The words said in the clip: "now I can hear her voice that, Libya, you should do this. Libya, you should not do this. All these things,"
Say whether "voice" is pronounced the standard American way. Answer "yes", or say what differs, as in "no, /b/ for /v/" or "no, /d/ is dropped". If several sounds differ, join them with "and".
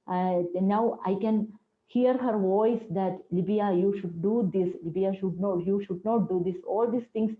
yes